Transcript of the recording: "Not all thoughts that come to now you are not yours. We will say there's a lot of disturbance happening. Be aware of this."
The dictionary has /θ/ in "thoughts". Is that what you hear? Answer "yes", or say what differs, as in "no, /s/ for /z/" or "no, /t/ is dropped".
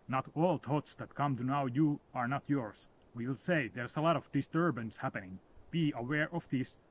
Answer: no, /t/ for /θ/